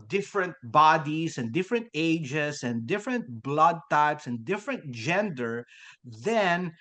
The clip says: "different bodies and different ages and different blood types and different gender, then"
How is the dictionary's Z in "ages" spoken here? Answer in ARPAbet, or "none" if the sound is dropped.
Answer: S